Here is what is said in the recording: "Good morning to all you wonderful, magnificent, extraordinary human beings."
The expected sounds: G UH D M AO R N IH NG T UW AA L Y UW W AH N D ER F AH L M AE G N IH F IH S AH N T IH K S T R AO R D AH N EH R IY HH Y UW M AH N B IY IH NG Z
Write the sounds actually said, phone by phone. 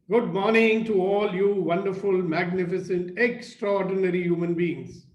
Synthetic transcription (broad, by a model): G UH D M AO R N IH NG T UW AA L Y UW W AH N D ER F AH L M AE G N IH F IH S AH N T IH K S T R AO R D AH N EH R IY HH Y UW M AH N B IY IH NG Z